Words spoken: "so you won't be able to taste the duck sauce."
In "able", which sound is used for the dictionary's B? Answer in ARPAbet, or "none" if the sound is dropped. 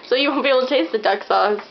none